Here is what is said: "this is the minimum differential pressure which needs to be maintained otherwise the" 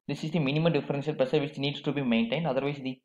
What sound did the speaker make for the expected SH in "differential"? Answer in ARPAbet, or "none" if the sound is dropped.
S